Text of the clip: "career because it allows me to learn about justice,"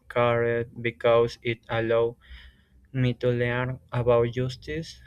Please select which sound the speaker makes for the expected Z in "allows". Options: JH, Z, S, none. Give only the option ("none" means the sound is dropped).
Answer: none